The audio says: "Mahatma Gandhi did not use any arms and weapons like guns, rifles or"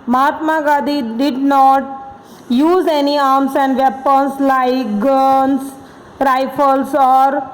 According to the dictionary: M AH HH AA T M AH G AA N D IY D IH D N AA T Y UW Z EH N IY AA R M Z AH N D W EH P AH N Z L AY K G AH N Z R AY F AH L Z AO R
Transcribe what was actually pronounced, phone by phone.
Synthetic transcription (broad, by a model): M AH HH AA T M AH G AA D IY D IH D N AA T Y UW Z EH N IY AA R M S AH N D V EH P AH N S L AY K G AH N S R AY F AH L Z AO R